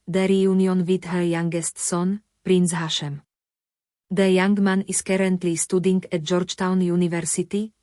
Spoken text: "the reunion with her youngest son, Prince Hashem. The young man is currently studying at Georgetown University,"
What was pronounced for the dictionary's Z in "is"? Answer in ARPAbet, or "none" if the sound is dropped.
S